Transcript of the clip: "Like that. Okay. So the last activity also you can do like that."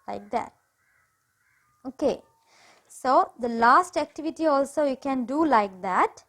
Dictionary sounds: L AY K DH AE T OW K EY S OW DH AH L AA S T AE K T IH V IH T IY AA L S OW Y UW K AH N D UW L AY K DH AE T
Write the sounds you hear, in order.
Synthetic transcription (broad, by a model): L AY K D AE T OW K EY S OW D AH L AA S T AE K T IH V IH T IY AA L S OW Y UW K AH N D UW L AY K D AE T